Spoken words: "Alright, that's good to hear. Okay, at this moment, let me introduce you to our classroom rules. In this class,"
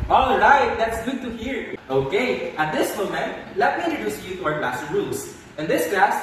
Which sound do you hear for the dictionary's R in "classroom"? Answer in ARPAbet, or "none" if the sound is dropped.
none